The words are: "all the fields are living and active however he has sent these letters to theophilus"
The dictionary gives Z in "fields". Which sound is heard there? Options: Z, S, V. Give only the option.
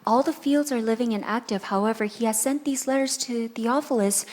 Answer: Z